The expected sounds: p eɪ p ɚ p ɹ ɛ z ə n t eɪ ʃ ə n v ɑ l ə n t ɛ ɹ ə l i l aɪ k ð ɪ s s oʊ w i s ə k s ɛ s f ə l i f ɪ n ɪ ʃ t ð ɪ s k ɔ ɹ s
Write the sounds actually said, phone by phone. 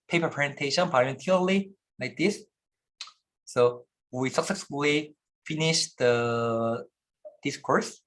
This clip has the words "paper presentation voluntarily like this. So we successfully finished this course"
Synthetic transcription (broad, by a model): p eɪ p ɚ p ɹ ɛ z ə n t eɪ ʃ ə n p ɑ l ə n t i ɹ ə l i l aɪ k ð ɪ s s oʊ w i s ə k s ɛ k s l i f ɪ n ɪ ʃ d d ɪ s k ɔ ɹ s